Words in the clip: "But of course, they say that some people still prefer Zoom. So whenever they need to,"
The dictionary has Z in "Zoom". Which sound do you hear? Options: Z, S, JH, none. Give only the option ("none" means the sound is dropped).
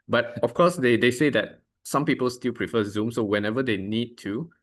Z